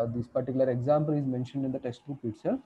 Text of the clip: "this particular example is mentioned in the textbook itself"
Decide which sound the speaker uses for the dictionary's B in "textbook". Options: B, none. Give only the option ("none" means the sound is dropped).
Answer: none